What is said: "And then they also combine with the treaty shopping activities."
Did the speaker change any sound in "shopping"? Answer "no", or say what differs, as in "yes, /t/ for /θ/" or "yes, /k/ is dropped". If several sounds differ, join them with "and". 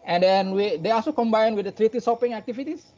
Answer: yes, /s/ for /ʃ/